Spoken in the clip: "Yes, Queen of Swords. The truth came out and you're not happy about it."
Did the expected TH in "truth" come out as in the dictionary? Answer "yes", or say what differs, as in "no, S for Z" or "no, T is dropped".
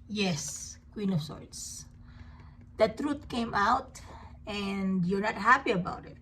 no, T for TH